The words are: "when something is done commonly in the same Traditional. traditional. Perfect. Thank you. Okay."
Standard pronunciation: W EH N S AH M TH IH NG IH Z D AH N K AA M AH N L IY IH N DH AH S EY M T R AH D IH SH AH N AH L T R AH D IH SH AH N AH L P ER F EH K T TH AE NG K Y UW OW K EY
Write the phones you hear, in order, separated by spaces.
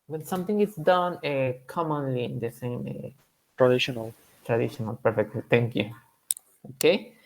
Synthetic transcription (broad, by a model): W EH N S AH M T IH NG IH S D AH N K AA M AH N L IY IH N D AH S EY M T R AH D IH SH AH N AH L T R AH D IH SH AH N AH L P ER F EH K T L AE NG K Y UW OW K EY